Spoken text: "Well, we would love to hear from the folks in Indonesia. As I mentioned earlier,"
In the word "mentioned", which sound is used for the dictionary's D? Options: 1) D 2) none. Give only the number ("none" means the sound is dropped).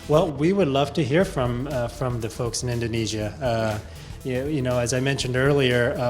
1